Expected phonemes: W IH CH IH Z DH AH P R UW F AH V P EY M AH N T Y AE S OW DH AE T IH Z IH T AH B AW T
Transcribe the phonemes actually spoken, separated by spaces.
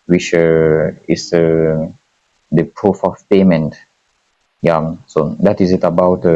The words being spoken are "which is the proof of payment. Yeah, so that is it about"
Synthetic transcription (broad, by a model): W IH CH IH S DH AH P R UW F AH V P EY M AH N T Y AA S OW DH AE T IH Z IH T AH B AW T